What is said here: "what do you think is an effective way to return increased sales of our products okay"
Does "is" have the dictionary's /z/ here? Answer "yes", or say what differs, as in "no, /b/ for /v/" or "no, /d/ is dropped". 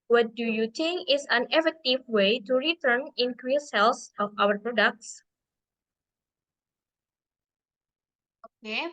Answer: no, /s/ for /z/